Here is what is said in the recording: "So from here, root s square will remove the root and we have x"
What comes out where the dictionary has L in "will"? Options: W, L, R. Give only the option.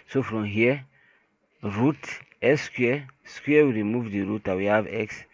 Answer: W